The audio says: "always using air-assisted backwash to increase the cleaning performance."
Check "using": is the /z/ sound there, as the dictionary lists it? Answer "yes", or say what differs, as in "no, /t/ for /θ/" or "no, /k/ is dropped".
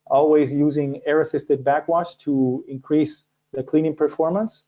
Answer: yes